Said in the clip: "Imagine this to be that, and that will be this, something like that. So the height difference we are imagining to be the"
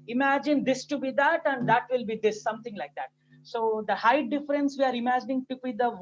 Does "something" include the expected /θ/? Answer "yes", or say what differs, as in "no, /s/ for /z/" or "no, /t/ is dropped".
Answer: no, /t/ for /θ/